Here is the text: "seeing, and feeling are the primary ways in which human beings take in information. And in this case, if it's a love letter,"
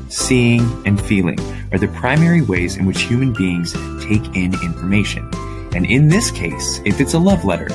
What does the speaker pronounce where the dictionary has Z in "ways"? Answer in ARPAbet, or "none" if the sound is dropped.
Z